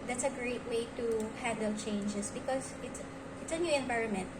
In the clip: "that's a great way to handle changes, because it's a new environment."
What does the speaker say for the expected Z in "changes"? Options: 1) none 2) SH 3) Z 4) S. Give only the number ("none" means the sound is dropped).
4